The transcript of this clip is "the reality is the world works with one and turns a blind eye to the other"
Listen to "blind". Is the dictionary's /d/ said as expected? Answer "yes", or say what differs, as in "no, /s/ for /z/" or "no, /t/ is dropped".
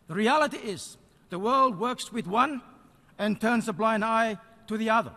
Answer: yes